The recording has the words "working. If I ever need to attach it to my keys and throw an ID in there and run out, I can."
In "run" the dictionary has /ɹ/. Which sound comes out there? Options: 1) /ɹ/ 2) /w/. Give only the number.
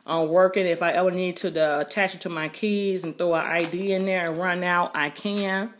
1